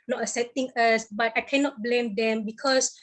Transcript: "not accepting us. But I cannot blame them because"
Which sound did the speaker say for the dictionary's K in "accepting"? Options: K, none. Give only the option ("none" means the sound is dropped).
none